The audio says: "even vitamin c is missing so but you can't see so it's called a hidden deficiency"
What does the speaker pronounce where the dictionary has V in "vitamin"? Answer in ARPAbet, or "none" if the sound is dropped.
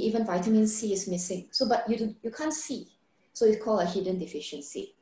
V